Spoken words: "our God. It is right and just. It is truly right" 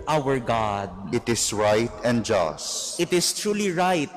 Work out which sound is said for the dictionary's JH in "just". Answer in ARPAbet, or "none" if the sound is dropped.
JH